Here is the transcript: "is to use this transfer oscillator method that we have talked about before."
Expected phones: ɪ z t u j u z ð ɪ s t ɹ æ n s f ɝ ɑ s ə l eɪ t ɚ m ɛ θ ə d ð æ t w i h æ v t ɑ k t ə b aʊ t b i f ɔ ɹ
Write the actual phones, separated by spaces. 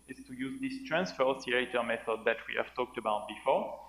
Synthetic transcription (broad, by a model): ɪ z t u j u z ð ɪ s t ɹ æ n s f ɝ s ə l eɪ t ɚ m ɛ θ ə d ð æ t w i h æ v t ɑ k t ə b aʊ t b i f ɔ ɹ